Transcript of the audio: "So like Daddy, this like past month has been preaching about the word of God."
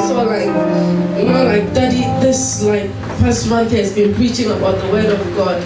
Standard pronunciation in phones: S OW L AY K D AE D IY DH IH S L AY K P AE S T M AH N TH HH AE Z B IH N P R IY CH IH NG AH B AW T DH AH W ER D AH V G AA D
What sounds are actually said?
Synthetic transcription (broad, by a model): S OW L AY K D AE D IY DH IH S L AY K F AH S T M AH N TH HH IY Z B IH N P R IY CH IH NG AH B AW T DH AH W ER D AH V G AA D